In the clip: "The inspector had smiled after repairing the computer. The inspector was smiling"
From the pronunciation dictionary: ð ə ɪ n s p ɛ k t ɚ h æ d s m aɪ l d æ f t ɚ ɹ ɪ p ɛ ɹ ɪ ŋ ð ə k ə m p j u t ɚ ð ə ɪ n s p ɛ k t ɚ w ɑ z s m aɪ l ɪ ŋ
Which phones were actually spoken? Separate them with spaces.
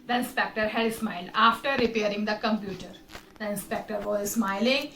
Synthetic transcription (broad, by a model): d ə ɪ n s p ɛ k t ɚ h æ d s m aɪ l d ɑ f t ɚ ɹ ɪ p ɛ ɹ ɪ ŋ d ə k ə m p j u t ɚ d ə ɪ n s p ɛ k t ɚ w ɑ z s m aɪ l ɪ ŋ